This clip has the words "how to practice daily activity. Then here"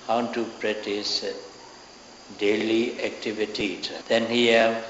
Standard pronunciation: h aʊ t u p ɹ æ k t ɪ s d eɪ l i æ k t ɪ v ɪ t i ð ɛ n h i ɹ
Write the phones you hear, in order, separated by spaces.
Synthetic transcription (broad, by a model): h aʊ t u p ɹ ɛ t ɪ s d eɪ l i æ k t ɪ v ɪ t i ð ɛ n h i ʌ